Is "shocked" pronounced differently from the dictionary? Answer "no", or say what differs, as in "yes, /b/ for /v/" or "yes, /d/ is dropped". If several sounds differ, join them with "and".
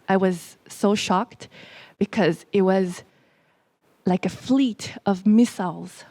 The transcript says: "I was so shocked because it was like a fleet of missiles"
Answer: no